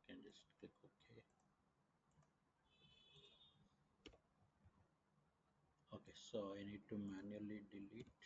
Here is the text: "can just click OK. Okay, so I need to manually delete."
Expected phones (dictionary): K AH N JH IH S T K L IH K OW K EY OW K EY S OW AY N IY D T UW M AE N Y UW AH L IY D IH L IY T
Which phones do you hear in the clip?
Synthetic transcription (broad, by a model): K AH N JH IH S T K IH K OW K EY OW K EY S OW AY N IY D T UW M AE N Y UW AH L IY D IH L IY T